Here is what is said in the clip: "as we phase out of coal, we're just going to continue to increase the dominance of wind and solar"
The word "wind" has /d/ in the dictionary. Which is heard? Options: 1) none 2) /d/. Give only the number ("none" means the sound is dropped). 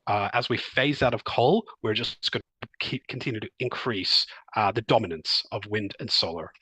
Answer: 2